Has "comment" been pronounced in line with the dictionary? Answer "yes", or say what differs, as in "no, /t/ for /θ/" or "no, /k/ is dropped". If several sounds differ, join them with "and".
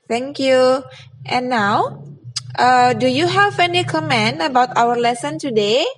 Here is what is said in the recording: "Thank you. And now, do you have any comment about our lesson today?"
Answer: no, /t/ is dropped